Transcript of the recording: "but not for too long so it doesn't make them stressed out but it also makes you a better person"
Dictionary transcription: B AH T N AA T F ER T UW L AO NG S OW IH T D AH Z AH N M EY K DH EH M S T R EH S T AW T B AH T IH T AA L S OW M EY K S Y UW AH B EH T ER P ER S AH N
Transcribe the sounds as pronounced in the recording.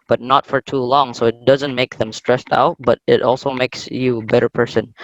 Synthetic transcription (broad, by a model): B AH T N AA T F ER T UW L AO NG S OW IH T D AH Z AH N M EY K DH EH M S T R EH S T AW T B AH T IH T AA L S OW M EY K S Y UW AH B EH T ER P ER S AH N